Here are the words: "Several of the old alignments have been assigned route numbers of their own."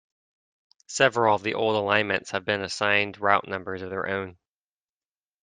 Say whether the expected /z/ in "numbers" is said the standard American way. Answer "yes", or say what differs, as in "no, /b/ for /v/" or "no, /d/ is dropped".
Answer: yes